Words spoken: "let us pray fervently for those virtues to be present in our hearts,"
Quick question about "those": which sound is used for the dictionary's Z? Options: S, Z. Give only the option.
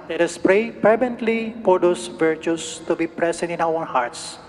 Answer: S